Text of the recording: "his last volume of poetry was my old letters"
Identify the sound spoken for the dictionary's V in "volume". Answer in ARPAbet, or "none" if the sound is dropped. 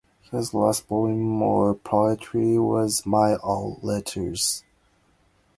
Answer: B